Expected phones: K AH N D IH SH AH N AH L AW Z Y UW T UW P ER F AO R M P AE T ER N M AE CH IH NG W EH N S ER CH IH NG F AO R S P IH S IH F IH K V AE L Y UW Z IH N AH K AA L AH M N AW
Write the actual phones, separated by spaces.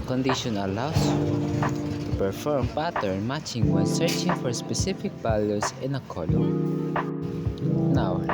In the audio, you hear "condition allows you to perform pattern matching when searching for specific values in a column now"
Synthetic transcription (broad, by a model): K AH N D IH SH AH N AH L AW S T UW P ER F AO R M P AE T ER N M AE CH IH NG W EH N S ER CH IH NG F AO R S P IH S IH F IH K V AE L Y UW S IH N AH K AA L AH M N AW